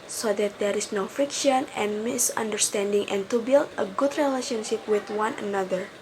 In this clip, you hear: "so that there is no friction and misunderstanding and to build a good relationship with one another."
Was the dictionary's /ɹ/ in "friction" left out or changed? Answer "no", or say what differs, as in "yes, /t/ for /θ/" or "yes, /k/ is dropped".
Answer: no